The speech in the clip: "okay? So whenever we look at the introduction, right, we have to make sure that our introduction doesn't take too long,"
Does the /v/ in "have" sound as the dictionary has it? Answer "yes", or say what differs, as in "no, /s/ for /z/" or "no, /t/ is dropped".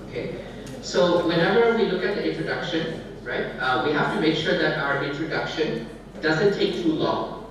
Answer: no, /f/ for /v/